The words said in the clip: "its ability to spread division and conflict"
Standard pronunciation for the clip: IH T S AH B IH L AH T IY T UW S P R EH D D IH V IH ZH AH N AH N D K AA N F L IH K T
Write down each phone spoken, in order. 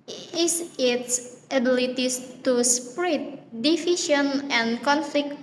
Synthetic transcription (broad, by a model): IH T S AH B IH L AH T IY T UW S P R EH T D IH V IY SH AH N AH N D K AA N F L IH K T